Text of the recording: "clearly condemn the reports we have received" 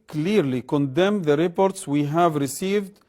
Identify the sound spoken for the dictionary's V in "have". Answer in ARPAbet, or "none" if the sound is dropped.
V